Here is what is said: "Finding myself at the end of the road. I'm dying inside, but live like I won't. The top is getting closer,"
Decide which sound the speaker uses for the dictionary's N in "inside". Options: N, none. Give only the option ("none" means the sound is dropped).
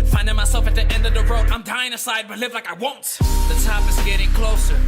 none